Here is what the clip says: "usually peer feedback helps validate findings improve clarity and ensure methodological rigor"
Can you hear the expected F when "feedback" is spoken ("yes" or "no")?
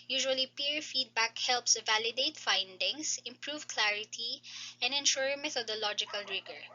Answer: yes